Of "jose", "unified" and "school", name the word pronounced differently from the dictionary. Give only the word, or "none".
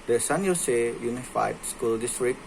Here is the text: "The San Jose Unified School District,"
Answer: jose